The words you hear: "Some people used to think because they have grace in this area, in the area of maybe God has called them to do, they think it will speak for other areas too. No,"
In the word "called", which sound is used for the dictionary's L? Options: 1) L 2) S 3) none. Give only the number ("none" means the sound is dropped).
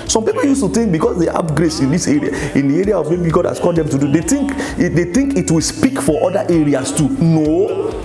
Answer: 3